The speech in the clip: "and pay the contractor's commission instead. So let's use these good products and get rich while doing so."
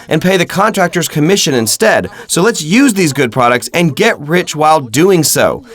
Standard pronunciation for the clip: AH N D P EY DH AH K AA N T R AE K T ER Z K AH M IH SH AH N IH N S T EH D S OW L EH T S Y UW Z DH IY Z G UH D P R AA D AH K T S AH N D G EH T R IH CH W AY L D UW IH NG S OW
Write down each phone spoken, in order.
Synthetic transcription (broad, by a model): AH N P EY DH AH K AA N T R AE K T ER Z K AH M IH SH AH N IH N S T EH D S OW L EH T S Y UW Z DH IY Z G UH D P R AA D AH K T S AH N G EH T R IH CH W AY L D UW IH NG S OW